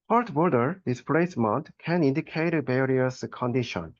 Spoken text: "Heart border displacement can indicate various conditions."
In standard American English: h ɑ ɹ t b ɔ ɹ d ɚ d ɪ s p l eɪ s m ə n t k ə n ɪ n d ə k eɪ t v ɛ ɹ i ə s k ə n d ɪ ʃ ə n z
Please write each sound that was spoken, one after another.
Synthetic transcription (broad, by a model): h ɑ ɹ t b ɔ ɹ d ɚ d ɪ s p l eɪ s m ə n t k ə n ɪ n d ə k eɪ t b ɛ ɹ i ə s k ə n d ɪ ʃ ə n